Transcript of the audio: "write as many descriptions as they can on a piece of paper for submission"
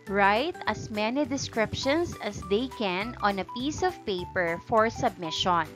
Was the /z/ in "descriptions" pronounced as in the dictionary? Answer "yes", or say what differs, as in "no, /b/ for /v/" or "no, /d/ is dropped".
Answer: no, /s/ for /z/